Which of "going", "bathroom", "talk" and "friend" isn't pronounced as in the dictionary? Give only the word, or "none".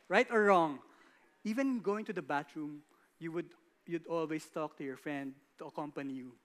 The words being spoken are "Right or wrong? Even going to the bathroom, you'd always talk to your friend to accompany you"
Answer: bathroom